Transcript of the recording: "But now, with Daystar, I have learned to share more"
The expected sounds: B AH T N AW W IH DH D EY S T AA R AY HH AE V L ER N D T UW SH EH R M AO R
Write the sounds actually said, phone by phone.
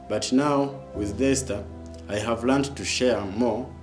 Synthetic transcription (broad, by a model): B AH T N AW W IH DH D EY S T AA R AY HH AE V L ER N D T UW SH EH R M AO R